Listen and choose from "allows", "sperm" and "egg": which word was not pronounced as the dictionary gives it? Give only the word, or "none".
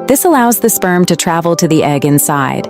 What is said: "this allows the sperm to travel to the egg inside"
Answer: none